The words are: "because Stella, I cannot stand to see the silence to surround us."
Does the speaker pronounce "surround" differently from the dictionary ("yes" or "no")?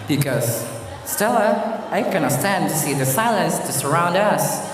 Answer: no